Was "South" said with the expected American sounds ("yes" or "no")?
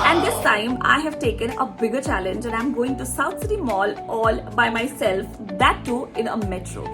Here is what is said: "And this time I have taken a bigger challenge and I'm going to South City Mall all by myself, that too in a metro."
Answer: no